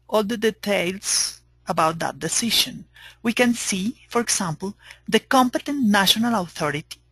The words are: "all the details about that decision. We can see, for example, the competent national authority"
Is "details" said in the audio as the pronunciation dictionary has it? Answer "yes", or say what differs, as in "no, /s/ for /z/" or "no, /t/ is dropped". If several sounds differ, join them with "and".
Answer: no, /s/ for /z/